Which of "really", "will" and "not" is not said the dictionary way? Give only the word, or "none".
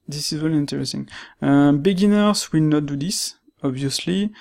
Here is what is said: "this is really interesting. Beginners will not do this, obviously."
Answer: really